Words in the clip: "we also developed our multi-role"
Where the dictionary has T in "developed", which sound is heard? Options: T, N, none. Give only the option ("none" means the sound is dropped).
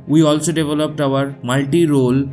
T